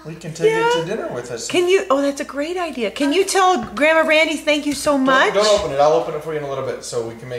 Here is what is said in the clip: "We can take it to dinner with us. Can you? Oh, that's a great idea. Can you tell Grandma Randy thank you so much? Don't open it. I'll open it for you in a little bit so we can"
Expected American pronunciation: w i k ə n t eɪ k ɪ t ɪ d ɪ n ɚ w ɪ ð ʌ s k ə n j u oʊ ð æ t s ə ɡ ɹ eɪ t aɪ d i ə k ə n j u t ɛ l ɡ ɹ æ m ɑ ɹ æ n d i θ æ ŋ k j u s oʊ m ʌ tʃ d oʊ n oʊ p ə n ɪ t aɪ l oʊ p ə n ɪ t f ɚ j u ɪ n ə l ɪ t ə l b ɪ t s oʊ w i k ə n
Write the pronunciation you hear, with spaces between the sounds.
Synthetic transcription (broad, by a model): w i k ə n t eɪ ɪ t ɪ d ɪ n ɚ w ɪ ð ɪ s k ə n j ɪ oʊ ð æ t s ə ɡ ɹ eɪ t aɪ d i ə k ə n j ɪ t ɛ l ɡ ɹ æ m ɑ ɹ æ n d i θ æ ŋ k j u s oʊ m ʌ tʃ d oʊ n oʊ p ə n ɪ t aɪ l oʊ p ə n ɪ t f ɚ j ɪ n ə l ɪ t l b ɪ t s oʊ w i k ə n